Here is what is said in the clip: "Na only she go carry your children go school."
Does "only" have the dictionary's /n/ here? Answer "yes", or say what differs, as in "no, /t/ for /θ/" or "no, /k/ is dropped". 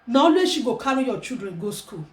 no, /n/ is dropped